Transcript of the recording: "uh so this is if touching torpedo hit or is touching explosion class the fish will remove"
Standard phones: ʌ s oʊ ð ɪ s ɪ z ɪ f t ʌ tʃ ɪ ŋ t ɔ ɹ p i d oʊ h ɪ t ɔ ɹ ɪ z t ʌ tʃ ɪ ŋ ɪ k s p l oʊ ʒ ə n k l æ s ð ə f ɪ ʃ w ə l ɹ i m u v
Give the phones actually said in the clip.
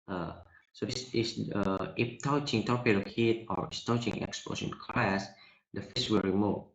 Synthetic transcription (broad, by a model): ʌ s oʊ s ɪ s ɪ ɪ f t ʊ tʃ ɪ ŋ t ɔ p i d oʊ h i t ɔ ɹ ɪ s t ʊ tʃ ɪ ŋ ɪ k s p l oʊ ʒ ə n k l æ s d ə f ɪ s w ə l ɹ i m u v